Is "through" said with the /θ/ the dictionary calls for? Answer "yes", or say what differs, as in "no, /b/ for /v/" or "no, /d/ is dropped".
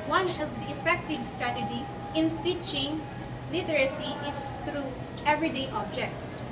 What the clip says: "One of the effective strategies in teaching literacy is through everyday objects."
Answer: no, /t/ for /θ/